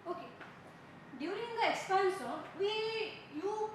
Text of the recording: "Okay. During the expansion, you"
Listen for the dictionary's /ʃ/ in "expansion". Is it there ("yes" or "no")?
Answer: no